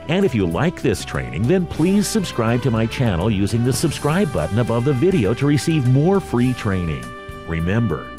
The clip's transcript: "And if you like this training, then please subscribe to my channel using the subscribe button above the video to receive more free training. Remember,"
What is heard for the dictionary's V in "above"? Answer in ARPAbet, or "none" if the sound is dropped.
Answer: V